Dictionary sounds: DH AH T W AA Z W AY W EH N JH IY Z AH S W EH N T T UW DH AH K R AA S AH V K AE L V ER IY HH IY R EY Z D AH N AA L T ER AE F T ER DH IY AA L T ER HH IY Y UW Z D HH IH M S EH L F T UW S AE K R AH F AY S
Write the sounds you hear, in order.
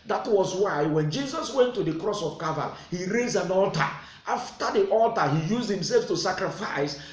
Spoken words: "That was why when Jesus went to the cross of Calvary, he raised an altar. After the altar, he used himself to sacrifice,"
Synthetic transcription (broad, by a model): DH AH T W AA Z W AY W EH N JH IY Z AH S W EH N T T UW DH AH K R AA S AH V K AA V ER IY HH IY R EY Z AH N AA L T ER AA F T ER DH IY AA L T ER HH IY Y UW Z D HH IH M S EH L F T UW S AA K R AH F AY S